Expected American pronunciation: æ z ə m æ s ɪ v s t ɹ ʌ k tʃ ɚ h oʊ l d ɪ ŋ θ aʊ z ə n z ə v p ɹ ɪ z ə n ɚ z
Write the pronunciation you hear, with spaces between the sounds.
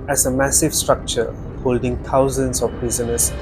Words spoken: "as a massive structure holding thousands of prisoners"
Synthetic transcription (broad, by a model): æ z ə m æ s ɪ v s t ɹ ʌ k tʃ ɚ h oʊ l d ɪ ŋ t aʊ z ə n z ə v p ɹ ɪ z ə n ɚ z